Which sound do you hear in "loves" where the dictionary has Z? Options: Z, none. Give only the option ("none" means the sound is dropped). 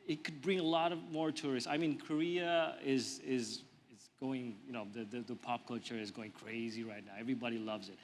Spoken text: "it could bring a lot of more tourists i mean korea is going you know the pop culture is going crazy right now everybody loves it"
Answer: Z